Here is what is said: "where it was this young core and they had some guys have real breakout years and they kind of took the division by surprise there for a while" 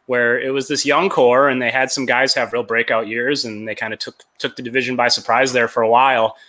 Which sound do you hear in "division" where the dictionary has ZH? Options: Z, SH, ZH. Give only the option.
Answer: ZH